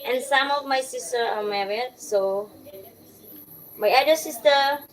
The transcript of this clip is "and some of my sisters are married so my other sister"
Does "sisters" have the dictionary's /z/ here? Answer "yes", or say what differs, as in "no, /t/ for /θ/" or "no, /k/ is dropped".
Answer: no, /z/ is dropped